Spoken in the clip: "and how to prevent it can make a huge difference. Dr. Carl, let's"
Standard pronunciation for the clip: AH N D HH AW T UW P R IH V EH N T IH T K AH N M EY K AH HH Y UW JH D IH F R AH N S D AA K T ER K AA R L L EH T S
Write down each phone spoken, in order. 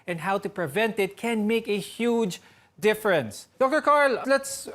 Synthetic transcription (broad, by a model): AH N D HH AW T UW P R IH V EH N T IH T K AH N M EY K AH HH Y UW JH D IH F R AH N S D AA K T ER K AA R L L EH T S